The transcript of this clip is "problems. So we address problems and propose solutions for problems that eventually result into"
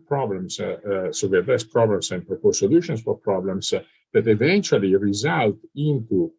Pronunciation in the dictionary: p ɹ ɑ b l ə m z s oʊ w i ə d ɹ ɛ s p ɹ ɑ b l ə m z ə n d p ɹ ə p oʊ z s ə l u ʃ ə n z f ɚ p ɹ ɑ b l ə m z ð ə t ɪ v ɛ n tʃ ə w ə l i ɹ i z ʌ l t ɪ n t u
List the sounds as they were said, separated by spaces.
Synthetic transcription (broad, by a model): p ɹ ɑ b l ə m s s oʊ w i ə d ɛ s p ɹ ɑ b l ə m s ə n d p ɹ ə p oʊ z s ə l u ʃ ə n s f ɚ p ɹ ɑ b l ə m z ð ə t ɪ v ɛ n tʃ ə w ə l i ɹ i z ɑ l t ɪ n t u